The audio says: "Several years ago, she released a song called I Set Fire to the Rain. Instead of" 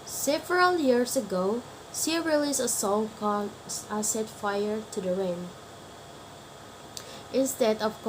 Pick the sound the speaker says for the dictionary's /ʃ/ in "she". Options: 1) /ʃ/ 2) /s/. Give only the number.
2